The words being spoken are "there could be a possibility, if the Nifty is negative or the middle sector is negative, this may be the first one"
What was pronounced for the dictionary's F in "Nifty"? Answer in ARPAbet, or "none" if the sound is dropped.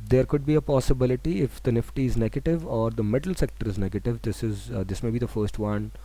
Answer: F